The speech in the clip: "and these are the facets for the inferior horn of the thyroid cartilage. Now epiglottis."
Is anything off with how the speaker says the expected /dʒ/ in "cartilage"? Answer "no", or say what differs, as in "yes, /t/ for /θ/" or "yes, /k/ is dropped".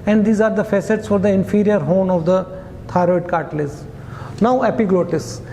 yes, /z/ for /dʒ/